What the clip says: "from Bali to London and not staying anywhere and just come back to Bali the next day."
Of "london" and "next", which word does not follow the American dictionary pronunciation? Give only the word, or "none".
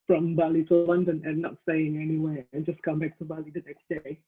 london